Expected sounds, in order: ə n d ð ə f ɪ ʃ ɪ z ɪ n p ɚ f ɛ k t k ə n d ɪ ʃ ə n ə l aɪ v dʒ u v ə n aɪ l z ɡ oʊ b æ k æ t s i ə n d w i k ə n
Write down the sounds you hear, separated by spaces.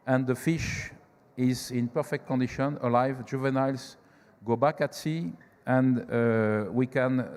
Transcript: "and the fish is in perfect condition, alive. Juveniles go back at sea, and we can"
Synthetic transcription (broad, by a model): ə n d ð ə f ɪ ʃ ɪ z ɪ n p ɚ f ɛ k t k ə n d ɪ ʃ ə n ə l aɪ v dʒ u v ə n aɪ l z ɡ oʊ b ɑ k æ t s i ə n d w i k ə n